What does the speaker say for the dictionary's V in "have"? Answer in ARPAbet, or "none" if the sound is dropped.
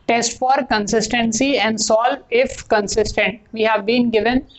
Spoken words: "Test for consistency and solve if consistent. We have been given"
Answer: V